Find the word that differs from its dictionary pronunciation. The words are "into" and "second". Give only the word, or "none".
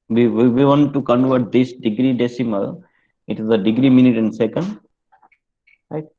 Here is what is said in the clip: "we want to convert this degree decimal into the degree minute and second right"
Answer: into